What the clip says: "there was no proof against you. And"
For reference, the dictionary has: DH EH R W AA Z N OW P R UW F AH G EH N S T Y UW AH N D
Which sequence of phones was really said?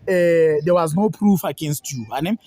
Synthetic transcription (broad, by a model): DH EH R W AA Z N OW P R UW F AH G EH N S T Y UW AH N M